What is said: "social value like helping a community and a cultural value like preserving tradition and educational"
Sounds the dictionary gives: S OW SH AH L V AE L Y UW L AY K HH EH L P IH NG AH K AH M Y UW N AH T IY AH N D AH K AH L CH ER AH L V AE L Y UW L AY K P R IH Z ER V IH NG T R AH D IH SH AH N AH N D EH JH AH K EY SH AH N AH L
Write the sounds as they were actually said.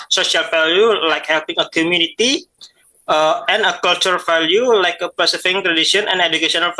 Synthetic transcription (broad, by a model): S OW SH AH L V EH L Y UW L AY K HH EH L P IH NG AH K AH M Y UW N AH T IY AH N AH K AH L CH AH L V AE L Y UW L AY K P IH S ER F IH NG T R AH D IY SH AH N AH N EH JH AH K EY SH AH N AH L